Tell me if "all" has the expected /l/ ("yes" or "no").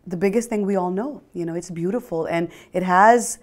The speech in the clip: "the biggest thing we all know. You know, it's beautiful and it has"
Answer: yes